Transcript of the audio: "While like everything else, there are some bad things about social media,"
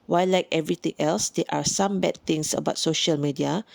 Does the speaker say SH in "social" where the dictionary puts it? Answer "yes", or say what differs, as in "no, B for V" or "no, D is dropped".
yes